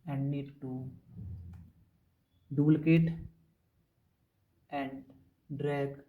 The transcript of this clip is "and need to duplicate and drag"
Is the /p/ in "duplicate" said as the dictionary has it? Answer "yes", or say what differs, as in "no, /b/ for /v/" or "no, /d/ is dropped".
no, /p/ is dropped